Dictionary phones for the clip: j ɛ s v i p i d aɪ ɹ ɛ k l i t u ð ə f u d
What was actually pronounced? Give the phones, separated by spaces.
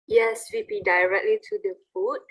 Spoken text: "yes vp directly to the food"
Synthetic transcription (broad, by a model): j ɛ s w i b i d aɪ ɹ ɛ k l i t u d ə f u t